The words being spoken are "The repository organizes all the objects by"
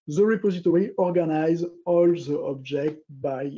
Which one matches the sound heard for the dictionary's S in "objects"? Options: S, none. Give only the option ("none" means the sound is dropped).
none